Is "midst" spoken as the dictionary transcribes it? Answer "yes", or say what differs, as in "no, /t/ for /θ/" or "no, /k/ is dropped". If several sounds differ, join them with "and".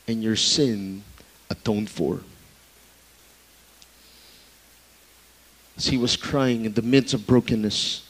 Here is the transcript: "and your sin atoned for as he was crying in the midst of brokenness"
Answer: no, /t/ is dropped